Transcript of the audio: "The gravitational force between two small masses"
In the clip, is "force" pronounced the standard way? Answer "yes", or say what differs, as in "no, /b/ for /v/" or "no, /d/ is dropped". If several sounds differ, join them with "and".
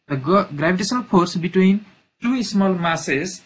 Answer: no, /p/ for /f/